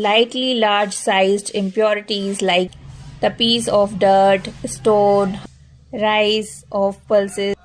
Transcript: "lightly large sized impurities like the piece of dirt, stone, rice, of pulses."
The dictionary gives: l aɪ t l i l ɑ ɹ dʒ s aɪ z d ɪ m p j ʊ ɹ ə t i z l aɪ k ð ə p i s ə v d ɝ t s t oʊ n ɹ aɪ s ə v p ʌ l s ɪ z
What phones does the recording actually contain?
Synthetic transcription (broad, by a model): l aɪ t l i l ɑ ɹ dʒ s aɪ z d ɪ m p j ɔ ɹ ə t i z l aɪ k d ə p i s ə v d ɝ t s t oʊ n ɹ aɪ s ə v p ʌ l s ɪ